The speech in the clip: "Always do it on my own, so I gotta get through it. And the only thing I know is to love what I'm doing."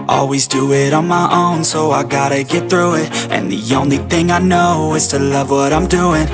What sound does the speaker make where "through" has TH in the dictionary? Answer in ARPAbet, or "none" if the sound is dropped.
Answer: TH